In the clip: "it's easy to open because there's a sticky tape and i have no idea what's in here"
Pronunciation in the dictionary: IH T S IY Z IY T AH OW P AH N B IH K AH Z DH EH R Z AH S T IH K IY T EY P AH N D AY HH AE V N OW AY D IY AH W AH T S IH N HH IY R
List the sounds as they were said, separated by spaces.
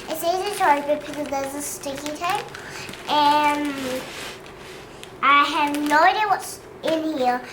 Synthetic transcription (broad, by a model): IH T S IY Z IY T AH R B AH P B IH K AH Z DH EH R Z AH S T IH K IY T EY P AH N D AY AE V N OW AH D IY W AH T S IH N HH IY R